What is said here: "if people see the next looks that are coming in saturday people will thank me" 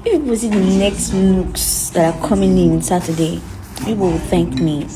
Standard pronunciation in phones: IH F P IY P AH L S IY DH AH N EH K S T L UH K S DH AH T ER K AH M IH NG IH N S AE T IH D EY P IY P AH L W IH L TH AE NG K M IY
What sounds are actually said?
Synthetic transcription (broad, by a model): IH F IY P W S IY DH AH N EH K S T N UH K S DH AH T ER K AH M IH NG IH N S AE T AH D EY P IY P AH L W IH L TH AE NG K M IY